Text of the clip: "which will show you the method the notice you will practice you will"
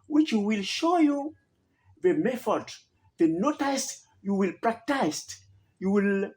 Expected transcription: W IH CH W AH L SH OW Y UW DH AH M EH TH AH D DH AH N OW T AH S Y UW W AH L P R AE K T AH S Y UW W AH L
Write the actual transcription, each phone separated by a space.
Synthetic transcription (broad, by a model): W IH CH W AH L SH OW Y UW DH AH M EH F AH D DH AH N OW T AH S Y UW W AH L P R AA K T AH S Y UW W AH L